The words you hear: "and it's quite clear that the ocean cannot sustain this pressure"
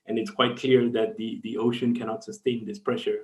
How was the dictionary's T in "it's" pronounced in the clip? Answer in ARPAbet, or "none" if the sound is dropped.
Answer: T